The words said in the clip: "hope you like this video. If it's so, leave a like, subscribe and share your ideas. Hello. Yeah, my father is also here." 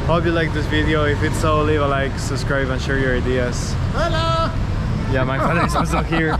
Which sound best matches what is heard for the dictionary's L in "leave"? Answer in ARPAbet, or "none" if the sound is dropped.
L